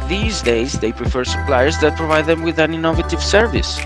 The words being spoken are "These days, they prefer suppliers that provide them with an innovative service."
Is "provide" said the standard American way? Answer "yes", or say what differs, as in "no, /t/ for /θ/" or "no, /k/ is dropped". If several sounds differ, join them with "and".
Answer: yes